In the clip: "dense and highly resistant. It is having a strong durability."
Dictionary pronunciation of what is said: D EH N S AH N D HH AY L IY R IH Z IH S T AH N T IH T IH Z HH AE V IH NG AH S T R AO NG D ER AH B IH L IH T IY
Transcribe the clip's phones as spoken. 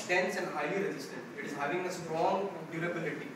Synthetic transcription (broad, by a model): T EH N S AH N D HH AY IY R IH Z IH S T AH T IH T IH Z HH AE V IH NG AH S T R AO NG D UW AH B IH L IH T IY